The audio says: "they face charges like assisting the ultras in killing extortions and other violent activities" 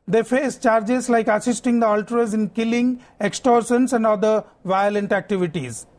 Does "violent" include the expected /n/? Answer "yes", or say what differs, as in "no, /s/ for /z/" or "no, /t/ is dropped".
yes